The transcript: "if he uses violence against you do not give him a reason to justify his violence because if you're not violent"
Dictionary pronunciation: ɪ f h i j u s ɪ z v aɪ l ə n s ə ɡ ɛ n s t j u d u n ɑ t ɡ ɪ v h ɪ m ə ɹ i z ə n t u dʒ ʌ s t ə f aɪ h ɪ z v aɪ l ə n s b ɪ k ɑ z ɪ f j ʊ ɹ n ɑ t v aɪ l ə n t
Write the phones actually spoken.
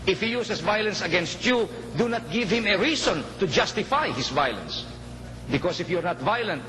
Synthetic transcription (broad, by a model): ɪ f h i j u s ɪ s v aɪ l ə n s ə ɡ ɛ n s t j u d u n ɑ t ɡ ɪ v h ɪ m ə ɹ i s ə n t u dʒ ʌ s t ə f aɪ h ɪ s v aɪ l ə n s b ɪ k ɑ s ɪ f j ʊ ɹ n ɑ t v aɪ l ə n t